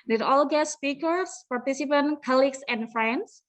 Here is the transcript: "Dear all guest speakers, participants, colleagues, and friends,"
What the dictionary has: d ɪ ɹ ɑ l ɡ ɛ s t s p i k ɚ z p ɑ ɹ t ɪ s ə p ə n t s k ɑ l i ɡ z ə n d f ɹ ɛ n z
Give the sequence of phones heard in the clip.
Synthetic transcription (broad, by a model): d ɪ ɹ ɑ l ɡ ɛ t s p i k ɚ s p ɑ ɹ t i s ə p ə n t k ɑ l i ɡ s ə n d f ɹ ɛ n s